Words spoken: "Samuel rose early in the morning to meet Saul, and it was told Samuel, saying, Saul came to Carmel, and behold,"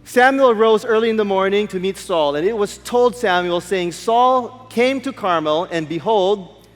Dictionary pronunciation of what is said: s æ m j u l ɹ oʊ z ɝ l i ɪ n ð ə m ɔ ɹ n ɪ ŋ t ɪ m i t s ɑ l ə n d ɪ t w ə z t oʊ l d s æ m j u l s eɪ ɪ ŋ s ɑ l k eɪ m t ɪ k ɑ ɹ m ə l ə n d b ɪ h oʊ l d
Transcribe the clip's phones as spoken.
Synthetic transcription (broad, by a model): s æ m j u l ɹ oʊ z ɝ l i ɪ n ð ə m ɔ ɹ n ɪ ŋ t ɪ m i t s ɑ l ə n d ɪ t w ə z t oʊ l d s æ m j u l s eɪ ɪ ŋ s ɑ l k eɪ m t ɪ k ɑ ɹ m ə l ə n b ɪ h oʊ l d